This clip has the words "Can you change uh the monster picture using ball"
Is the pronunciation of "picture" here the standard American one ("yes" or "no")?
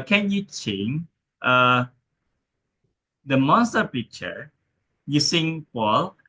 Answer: yes